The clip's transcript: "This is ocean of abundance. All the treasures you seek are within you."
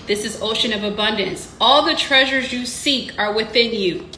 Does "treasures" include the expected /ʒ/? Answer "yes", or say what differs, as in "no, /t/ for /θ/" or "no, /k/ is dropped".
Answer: yes